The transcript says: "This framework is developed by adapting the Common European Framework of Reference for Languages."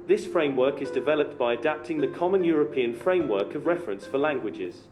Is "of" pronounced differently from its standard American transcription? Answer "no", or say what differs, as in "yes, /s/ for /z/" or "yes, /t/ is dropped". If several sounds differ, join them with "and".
no